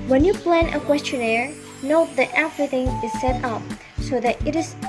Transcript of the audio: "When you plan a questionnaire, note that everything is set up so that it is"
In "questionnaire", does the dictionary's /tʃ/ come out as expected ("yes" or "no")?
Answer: yes